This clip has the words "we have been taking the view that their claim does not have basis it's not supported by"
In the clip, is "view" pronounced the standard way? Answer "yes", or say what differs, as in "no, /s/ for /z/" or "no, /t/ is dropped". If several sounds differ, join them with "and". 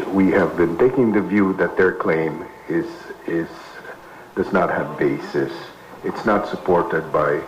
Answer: yes